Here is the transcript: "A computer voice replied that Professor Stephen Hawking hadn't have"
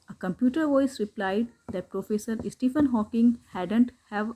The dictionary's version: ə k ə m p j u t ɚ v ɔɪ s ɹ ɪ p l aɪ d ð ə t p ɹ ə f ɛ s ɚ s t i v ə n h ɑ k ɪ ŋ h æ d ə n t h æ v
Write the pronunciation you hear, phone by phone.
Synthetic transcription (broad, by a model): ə k ə m p j u t ɚ v ɔɪ s ɹ ɪ p l aɪ d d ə t p ɹ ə f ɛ s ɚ s t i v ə n h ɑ k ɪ ŋ h æ d ə n t h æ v